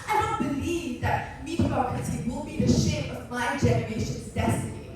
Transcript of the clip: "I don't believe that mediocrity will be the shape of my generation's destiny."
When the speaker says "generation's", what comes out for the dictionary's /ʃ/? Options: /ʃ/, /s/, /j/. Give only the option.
/ʃ/